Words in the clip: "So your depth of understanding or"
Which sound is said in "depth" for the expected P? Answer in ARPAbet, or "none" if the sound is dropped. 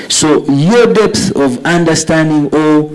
P